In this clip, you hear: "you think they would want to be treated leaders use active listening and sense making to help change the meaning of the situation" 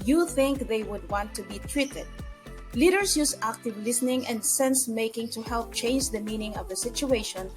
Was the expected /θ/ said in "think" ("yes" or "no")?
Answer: yes